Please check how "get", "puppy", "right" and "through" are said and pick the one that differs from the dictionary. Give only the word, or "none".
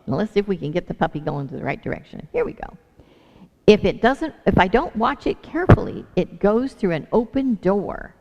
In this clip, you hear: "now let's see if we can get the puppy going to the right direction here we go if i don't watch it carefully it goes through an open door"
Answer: none